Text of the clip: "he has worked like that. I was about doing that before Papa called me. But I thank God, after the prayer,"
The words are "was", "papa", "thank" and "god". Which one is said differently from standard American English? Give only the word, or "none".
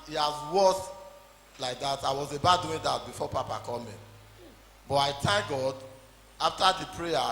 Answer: thank